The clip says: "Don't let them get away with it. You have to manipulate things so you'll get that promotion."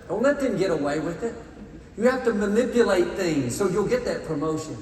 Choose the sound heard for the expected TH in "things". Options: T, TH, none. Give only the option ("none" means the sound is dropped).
TH